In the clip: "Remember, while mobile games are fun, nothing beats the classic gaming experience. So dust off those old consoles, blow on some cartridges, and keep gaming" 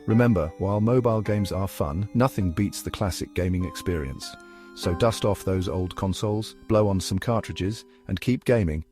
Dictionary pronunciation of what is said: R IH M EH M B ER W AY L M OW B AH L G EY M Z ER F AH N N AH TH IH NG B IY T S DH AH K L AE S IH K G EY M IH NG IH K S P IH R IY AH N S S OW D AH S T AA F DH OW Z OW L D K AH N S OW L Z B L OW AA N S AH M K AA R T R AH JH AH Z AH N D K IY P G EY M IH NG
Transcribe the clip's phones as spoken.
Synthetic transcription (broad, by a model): R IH M EH M B ER W AY L M OW B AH L G EY M Z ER F AH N N AH TH IH NG B IY T S DH AH K L AE S IH K G EY M IH NG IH K S P IH R IY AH N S S OW D AH S T AA F DH OW Z OW L D K AH N S OW L Z B L OW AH N S AH M K AA R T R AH JH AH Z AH N K IY P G EY M IH NG